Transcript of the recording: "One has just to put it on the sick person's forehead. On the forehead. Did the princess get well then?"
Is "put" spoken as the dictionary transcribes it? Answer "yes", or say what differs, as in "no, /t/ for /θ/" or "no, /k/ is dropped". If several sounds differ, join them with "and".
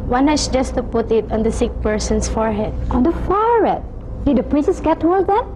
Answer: yes